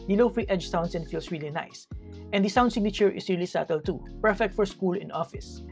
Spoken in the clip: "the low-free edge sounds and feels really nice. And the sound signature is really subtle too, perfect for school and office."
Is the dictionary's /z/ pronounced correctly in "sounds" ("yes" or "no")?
no